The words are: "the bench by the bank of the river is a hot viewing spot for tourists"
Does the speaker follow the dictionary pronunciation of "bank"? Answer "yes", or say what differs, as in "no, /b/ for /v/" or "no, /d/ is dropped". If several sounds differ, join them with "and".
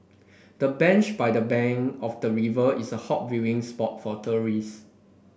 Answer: no, /k/ is dropped